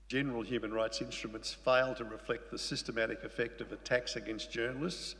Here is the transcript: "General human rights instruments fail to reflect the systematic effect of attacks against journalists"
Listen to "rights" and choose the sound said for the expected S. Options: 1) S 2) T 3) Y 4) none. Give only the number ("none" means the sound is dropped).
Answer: 1